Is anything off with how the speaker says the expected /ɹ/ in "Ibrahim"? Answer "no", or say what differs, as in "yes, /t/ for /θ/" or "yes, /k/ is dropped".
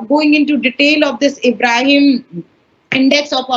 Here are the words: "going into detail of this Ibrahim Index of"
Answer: no